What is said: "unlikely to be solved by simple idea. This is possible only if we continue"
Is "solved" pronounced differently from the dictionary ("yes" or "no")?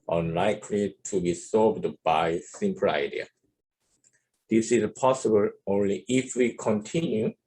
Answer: yes